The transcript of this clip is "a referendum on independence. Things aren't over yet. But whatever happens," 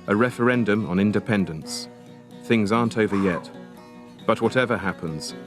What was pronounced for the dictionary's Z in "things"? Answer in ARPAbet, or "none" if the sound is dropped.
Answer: Z